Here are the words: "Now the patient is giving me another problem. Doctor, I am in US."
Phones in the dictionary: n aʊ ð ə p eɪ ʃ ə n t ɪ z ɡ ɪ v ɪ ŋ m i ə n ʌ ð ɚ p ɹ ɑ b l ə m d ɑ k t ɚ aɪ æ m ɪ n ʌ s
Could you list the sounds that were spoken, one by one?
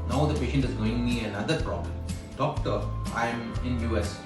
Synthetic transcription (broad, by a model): n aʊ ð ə p eɪ ʃ ə n t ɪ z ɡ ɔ ɪ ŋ m i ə n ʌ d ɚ p ɹ ɑ b l ə m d ɑ k t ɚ aɪ m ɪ n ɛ s